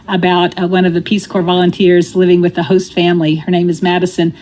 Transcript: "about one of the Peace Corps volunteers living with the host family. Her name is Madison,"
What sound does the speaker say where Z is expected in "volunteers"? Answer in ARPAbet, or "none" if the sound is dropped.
Z